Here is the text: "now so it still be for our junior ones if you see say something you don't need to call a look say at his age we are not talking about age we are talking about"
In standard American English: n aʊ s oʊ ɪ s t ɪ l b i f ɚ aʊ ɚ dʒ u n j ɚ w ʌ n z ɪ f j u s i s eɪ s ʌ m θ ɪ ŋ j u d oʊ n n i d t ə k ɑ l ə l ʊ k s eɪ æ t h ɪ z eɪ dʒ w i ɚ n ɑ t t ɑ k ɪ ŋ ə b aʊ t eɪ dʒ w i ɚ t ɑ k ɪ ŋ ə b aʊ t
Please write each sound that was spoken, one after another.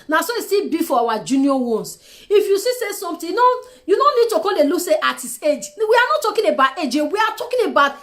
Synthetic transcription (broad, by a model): n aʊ s oʊ ɪ s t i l b i f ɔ aʊ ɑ dʒ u n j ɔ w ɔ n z ɪ f j u s i s eɪ s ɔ m t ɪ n j u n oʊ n n i d t ə k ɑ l ə l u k s eɪ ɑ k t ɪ s eɪ dʒ w i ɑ n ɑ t t ɑ k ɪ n ə b aʊ t eɪ dʒ w i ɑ t ɑ k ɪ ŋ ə b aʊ t